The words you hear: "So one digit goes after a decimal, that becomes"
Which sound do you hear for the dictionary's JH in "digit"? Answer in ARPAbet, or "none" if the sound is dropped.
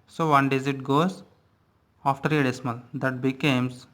Z